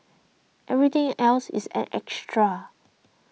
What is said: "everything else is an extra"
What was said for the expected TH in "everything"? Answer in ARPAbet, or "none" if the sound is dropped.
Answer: T